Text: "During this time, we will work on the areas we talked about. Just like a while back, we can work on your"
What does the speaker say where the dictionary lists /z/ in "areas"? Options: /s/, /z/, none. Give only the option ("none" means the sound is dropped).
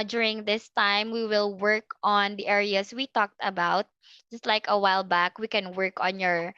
/s/